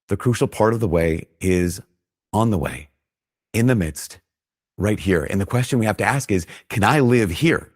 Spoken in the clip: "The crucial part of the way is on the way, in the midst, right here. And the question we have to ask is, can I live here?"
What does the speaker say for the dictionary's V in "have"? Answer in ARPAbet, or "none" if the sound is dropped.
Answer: F